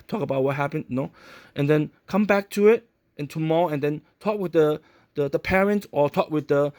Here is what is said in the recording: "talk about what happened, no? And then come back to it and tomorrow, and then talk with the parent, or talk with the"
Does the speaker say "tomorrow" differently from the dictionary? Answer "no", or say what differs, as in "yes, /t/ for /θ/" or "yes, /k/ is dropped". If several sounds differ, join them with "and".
no